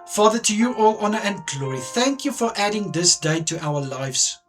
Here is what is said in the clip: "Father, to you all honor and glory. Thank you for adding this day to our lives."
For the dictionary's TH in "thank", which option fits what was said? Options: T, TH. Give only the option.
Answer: TH